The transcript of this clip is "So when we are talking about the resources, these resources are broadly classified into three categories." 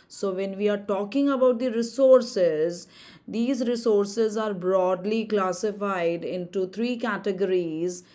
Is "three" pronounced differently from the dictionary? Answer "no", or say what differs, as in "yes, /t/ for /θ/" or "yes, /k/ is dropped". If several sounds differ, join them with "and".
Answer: yes, /t/ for /θ/